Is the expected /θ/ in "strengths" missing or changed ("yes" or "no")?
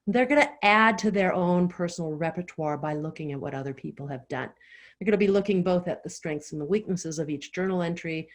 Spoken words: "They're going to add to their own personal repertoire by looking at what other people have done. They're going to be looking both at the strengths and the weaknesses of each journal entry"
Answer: no